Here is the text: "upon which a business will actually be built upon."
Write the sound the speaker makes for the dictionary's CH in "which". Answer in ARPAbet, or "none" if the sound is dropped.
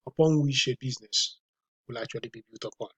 SH